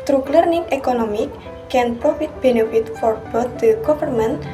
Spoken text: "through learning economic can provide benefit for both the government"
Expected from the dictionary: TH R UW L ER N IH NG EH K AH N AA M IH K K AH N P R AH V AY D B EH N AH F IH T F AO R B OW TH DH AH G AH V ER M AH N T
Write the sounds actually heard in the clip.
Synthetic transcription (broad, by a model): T R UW L ER N IH NG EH K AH N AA M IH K K AH N P R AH F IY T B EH N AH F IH T F AO R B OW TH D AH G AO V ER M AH N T